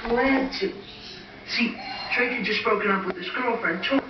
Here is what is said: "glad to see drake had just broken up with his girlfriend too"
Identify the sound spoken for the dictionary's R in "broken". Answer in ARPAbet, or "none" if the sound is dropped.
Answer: none